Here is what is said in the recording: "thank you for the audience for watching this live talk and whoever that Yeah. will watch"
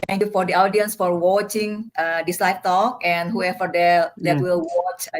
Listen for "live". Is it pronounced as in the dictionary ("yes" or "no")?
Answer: no